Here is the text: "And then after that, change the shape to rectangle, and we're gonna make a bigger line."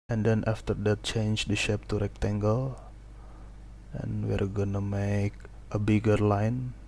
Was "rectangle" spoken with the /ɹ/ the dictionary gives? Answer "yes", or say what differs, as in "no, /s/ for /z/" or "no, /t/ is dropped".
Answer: yes